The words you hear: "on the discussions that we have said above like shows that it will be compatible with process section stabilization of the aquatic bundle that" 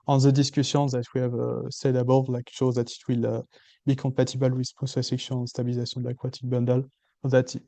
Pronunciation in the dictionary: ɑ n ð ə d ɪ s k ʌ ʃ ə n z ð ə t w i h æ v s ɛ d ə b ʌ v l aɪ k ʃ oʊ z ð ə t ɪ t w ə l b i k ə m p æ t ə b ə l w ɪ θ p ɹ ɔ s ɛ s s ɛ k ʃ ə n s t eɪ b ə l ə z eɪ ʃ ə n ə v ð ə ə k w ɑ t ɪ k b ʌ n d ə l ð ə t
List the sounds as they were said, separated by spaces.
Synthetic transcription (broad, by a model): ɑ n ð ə d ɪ s k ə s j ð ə t w i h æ v s ɛ d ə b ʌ l aɪ k ʃ oʊ z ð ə t ɪ t w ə l b i k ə p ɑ t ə b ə l w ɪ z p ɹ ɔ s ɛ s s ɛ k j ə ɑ s t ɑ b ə l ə z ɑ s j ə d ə ə k w ɑ t ɪ k b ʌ n d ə l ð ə t